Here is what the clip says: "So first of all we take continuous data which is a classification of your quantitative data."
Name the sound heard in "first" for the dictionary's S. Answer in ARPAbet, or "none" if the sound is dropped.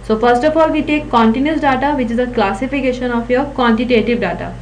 S